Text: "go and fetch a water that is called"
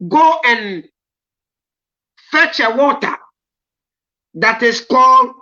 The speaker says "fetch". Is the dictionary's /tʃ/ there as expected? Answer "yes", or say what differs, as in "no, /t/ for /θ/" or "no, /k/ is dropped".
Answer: yes